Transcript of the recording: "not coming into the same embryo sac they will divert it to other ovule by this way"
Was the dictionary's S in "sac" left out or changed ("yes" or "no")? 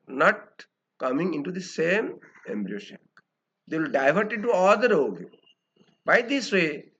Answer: yes